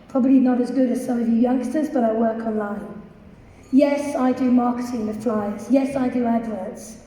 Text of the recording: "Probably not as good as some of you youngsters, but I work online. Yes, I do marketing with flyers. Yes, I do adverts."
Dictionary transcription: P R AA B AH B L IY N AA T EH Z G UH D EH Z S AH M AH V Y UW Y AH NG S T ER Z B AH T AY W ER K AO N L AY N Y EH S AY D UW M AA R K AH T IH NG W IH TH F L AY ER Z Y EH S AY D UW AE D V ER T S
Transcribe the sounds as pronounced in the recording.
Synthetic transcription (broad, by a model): P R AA B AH B L IY N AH T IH Z G UH D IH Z S AH M AH V Y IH Y AH NG S T ER Z B AH T AY W ER K AO N L AY N Y EH S AY D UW M AA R K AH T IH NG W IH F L AY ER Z Y EH S AY D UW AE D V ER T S